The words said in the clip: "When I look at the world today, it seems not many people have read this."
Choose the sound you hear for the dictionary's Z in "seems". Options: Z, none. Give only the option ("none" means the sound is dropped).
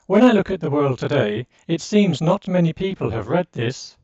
Z